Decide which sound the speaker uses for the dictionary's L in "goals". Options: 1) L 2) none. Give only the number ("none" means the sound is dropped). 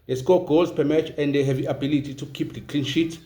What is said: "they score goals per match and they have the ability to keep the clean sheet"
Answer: 2